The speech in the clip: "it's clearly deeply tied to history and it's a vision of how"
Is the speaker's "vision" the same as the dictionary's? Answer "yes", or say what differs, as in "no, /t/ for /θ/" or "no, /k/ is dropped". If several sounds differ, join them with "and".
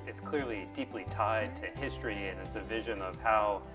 yes